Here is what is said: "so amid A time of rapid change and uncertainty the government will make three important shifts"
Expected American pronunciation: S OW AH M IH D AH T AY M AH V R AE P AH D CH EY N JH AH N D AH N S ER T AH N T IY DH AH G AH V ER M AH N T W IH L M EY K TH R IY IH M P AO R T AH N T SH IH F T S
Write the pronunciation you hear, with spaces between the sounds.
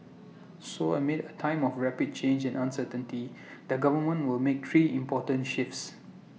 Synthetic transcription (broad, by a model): S OW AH M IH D AH T AY M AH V R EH P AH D CH EY N JH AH N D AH N S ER T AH N T IY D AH G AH V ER M AH N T W IH L M EY K T R IY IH M P AO T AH N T SH IH F T S